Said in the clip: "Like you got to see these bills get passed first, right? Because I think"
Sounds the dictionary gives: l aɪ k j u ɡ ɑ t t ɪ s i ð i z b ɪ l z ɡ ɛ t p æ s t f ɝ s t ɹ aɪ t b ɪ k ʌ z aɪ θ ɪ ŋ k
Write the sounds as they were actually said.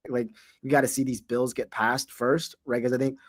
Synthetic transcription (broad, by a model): l aɪ k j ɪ ɡ ɑ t t ɪ s i ð i z b ɪ l z ɡ ɛ t p æ s t f ɝ s t ɹ aɪ t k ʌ z aɪ θ ɪ ŋ k